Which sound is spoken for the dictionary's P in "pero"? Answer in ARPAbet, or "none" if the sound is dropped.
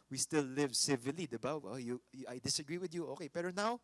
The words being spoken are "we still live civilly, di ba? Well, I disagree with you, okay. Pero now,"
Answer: B